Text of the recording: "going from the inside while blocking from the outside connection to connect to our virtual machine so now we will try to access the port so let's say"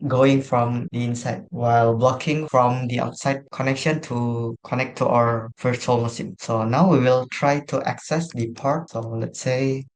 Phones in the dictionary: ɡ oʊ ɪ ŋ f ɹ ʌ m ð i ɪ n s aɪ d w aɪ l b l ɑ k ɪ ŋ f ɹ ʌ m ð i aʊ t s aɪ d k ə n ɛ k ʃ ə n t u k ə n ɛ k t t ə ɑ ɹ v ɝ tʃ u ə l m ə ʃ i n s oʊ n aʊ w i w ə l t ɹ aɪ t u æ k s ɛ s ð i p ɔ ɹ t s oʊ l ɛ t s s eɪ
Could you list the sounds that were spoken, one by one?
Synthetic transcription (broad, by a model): ɡ oʊ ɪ ŋ f ɹ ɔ m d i ɪ n s aɪ d w aɪ l b l ɑ k ɪ ŋ f ɹ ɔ m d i aʊ t s aɪ d k ə n ɛ k ʃ ə n t u k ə n ɛ k t t ə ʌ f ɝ s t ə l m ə s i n s oʊ n aʊ w i w ə l t ɹ aɪ t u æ k s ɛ s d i p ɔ ɹ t s oʊ l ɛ t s s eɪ